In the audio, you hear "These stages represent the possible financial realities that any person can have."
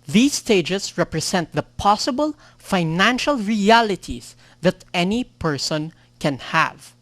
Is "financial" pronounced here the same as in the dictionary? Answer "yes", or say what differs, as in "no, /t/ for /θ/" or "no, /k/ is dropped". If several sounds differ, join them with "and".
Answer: yes